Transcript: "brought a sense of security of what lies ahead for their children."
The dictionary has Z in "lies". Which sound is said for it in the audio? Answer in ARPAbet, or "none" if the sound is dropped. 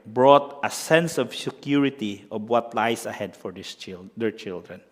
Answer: S